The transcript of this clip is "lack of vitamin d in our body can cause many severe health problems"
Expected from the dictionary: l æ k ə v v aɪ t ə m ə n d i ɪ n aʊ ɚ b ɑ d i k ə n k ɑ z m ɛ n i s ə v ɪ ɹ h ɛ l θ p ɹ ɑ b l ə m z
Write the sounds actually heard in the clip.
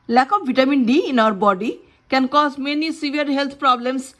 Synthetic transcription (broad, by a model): l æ k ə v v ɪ t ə m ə n d i ɪ n aʊ ɚ b ɑ d i k ə n k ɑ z m ɛ n i s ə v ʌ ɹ h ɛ l t p ɹ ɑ b l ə m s